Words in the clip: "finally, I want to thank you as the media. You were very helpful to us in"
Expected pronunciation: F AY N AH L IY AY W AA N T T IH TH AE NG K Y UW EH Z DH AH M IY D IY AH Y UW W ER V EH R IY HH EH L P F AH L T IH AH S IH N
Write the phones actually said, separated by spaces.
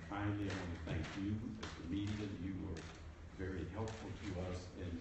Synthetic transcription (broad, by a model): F AY N L IY AY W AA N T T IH TH AE NG K Y UW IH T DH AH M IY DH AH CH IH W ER V EH R IY HH EH L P F L T IH AH S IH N